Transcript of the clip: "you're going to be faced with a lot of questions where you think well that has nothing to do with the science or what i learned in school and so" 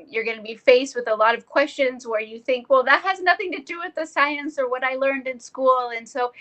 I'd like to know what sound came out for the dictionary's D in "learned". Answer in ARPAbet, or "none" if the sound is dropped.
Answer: D